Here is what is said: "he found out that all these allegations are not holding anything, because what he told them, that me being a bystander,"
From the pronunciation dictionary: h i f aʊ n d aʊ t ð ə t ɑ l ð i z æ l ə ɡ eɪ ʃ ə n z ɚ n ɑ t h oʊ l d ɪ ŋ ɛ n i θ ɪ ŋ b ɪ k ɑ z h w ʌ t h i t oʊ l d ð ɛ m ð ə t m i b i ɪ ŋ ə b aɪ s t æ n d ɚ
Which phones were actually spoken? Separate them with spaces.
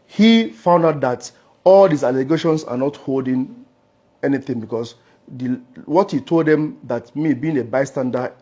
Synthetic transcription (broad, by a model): h i f aʊ n d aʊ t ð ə t ɑ l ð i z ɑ l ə ɡ eɪ ʃ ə n s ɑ n ɑ t h oʊ l d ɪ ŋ ɛ n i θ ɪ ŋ b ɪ k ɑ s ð w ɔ t h i t oʊ l d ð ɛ m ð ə t m i b i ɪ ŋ ə b aɪ s t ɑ n d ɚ